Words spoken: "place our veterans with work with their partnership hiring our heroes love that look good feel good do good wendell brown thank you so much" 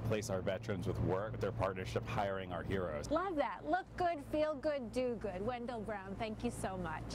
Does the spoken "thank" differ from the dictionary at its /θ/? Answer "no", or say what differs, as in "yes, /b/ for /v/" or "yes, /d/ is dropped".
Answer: no